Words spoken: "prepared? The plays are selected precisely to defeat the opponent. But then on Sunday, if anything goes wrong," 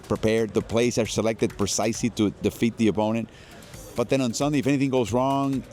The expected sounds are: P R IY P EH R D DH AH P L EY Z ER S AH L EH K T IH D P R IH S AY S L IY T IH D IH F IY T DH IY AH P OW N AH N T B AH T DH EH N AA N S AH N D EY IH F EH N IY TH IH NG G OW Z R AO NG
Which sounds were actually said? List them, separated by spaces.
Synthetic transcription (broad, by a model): P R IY P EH R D DH AH P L EY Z ER S AH L EH K T IH D P R IH S AY S L IY T IH D IH F IY T DH IY AH P OW N AH N T B AH T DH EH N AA N S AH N D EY IH F EH N IY TH IH NG G OW Z R AO NG